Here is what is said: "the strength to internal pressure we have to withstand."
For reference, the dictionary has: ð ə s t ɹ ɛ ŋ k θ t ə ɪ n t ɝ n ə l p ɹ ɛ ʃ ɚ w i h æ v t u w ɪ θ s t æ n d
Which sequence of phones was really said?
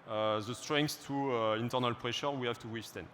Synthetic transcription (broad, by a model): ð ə s t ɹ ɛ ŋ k s t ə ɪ n t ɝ n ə l p ɹ ɛ ʃ ɚ w i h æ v t u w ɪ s t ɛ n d